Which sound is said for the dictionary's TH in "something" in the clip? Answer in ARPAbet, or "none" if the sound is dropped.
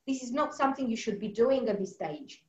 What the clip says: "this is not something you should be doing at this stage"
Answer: TH